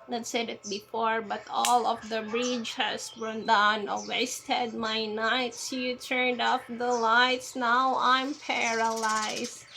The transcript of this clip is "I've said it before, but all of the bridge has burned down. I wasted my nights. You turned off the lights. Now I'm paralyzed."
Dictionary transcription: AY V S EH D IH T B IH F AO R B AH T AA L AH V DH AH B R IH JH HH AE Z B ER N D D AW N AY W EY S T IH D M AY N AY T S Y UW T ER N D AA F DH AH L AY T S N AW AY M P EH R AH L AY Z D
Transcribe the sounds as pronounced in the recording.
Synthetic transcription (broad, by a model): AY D S EH D IH T B IH F AO R B AH T AA L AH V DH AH B R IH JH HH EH S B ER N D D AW N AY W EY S T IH D M AY N AY T S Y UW T ER N D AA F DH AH L AY T S N AW AY M P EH R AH L AY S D